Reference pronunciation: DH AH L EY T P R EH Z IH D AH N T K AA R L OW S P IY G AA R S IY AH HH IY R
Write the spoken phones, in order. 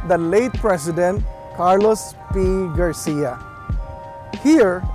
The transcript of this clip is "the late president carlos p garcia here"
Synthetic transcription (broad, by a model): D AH L EY T P R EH S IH D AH N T K AA R L OW S P IY G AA R S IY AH HH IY R